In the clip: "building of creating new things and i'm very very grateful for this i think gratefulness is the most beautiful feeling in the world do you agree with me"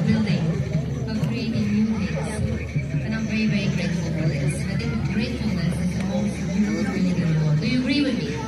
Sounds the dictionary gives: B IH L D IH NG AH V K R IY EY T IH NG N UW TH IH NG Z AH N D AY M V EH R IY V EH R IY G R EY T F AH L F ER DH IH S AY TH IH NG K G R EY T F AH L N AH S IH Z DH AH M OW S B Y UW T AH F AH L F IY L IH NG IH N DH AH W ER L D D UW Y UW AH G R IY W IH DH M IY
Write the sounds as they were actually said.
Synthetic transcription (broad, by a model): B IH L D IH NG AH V K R IY EY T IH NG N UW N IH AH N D AY M V EH R IY V EH R IY G R EY T F AH L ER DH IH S AY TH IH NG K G R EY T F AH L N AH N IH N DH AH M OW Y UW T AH AH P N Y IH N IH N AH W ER D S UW Y UW AH G R IY W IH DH M IY